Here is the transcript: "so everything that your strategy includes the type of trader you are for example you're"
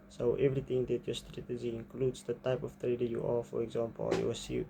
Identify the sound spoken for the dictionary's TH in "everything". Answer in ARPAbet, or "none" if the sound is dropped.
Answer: T